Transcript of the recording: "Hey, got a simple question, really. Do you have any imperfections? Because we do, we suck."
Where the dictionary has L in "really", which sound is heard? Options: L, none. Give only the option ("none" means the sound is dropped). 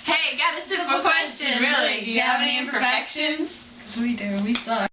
none